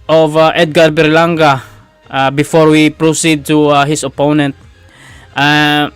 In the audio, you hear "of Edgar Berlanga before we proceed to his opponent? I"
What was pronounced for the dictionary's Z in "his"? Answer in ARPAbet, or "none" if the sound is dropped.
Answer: S